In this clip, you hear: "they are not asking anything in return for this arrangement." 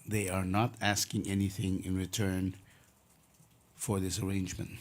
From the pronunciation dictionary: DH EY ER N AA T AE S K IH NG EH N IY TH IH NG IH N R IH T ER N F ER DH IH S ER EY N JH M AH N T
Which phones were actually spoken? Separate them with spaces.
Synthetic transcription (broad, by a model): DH EY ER N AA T AE S K IH NG EH N IY TH IH NG IH N R IH T ER N F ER DH IH S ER EY N JH M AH N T